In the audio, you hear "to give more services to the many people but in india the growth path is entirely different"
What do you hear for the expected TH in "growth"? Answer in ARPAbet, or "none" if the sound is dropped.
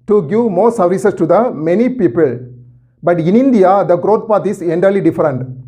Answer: T